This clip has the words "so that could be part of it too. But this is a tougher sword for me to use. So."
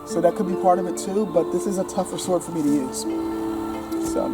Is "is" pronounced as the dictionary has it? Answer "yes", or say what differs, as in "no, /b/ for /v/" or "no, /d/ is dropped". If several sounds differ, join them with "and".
yes